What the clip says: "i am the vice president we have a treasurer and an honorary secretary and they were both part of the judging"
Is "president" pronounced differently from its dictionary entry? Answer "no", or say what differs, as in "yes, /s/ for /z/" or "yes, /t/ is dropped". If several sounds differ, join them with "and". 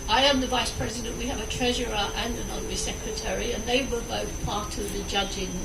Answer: no